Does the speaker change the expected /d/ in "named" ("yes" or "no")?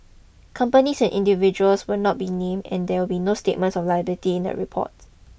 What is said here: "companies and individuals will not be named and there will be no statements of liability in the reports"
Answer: yes